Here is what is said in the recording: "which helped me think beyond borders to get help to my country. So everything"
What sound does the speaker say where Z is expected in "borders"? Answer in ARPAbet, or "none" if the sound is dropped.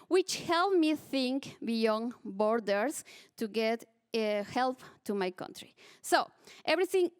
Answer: S